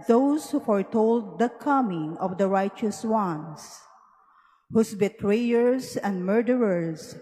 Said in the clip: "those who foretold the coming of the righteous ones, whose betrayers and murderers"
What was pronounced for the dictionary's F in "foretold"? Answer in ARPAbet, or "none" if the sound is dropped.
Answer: F